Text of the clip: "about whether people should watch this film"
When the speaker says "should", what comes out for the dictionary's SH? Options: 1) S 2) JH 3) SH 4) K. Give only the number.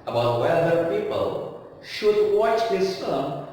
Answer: 3